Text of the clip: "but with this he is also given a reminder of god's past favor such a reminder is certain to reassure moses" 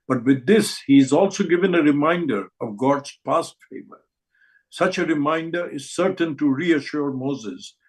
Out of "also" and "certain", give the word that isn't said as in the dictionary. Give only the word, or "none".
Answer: none